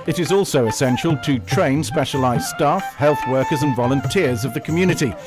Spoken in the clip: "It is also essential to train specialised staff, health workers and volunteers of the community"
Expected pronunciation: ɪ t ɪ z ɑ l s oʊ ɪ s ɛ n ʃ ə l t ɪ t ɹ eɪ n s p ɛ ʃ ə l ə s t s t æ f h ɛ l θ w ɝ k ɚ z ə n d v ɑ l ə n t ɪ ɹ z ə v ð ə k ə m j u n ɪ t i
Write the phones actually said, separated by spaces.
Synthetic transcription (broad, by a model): ɪ t ɪ z ɑ l s oʊ ɪ s ɛ n ʃ ə l t ɪ t ɹ eɪ n s p ɛ ʃ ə l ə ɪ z s t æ f h ɛ l θ w ɝ k ɚ z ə n v ɑ l ə n t ɪ ɹ z ə v ð ə k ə m j u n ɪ t i